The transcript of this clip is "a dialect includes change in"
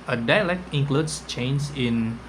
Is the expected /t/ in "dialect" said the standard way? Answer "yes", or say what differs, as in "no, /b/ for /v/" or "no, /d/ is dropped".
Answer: yes